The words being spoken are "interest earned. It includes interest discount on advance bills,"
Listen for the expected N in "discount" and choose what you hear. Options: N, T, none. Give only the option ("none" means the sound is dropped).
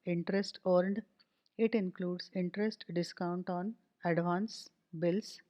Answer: N